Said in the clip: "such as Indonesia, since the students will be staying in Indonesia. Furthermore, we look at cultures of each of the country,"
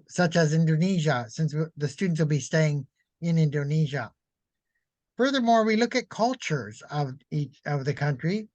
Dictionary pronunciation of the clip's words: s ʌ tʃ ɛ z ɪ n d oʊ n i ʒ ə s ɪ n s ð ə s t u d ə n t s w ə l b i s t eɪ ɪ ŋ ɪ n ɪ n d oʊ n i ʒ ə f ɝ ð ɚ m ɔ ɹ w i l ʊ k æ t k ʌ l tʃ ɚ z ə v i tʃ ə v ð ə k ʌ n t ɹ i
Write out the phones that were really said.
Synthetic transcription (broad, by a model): s ʌ tʃ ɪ z ɪ n d oʊ n i ʒ ə s ɪ n s ð ə s t u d n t s w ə l b i s t eɪ ɪ ŋ ɪ n ɪ n d oʊ n i ʒ ə f ɝ ð ɚ m ɔ ɹ w i l ʊ k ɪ t k ʌ l tʃ ɚ z ə v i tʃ ə v ð ə k ʌ n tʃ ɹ i